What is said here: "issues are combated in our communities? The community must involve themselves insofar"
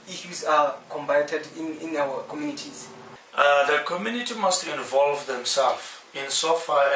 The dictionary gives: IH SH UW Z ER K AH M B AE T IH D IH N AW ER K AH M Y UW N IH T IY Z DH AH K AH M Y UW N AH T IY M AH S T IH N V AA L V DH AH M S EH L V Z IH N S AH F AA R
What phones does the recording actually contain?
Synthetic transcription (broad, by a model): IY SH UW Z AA K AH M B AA T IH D IH N AW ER K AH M Y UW N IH T IY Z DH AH K AH M Y UW N AH T IY M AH S T IH N V AA L V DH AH M S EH L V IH N S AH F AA